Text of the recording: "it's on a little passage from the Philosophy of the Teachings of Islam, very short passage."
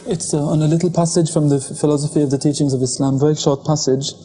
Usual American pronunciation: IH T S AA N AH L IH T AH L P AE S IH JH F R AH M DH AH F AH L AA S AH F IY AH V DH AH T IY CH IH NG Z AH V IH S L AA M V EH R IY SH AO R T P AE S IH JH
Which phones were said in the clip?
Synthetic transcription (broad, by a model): IH T S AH N AH L IH T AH L P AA S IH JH F R AH M DH AH F AH L AA S AH F IY AH V DH AH T IY CH IH NG Z AH V IH S L AA M V EH R IY SH AO R T P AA S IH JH